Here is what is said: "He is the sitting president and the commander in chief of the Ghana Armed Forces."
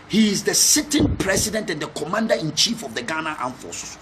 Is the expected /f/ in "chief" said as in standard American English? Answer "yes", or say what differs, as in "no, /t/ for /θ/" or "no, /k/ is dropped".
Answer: yes